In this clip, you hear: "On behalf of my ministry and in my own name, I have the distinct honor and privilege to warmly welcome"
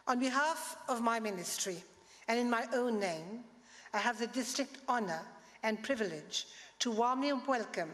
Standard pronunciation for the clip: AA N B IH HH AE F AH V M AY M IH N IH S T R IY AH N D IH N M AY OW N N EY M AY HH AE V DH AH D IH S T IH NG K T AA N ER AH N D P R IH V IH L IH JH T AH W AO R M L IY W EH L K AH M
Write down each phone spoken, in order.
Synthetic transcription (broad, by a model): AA N B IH HH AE F AH V M AY M IH N IH S T R IY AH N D IH N M AY OW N N EY M AY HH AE V DH AH D IH S T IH K T AA N ER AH N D P R IH V IH L IH JH T AH W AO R M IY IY W EH L K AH M